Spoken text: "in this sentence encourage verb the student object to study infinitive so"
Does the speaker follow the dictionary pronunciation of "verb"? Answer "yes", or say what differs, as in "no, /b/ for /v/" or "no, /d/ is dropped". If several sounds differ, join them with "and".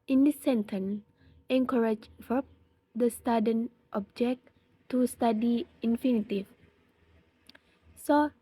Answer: no, /f/ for /v/